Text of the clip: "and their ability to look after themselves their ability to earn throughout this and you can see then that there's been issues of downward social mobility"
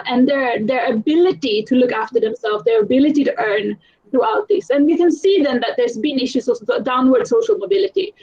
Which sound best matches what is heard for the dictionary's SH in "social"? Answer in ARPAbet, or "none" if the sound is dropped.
SH